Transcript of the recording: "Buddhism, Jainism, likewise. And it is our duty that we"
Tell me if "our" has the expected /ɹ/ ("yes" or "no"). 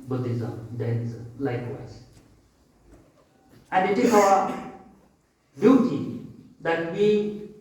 no